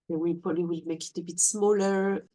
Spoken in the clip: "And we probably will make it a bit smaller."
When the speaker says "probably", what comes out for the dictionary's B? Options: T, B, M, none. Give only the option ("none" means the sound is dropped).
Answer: none